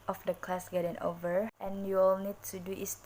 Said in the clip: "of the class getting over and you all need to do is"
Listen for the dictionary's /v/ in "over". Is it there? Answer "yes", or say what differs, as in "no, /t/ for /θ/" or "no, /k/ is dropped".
yes